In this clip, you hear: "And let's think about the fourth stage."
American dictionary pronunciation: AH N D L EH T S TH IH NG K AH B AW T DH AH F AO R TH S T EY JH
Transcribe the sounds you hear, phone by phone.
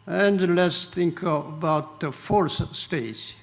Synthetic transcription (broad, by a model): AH N D L EH T S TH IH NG K AH B AW T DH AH F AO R S S T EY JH